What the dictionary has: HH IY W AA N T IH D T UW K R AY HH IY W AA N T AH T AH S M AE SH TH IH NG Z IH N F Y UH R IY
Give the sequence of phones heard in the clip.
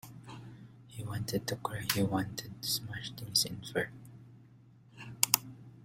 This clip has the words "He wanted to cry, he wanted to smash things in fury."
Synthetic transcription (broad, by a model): HH IY W AA N T IH D T UW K AY HH IY W AA N T AH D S M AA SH T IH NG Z IH N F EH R